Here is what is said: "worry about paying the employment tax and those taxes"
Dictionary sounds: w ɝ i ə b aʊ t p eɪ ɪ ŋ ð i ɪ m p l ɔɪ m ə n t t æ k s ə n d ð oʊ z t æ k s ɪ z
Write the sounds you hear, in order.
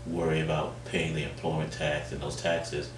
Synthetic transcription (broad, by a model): w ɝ i ə b aʊ t p eɪ ɪ ŋ ð i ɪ m p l ɔɪ m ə n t t æ k s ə n ð oʊ z t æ k s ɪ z